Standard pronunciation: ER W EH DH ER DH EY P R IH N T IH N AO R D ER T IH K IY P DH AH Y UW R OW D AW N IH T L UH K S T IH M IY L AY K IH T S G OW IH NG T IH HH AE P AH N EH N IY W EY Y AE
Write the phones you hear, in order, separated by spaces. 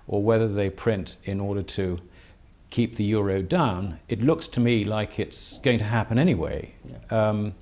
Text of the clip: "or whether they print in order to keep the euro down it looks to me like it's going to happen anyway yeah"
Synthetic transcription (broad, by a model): ER W EH DH ER DH EY P R IH N T IH N AO R D ER T IH K IY P DH AH Y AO R OW D AW N IH T L UH K S T IH M IY L AY K IH T S G OW IH NG T IH HH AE P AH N EH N IY W EY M